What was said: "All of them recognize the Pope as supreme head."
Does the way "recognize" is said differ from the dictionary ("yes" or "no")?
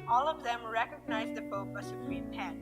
no